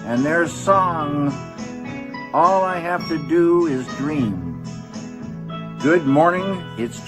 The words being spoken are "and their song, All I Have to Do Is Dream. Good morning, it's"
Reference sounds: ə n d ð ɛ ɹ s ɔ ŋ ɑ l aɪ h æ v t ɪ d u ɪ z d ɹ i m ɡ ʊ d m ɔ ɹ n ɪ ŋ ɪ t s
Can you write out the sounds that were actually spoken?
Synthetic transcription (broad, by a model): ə n ð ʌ ɹ s ɔ ŋ ɑ l aɪ h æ f t ɪ d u ɪ z d ɹ i m ɡ ʊ d m ɔ ɹ n ɪ ŋ ɪ t s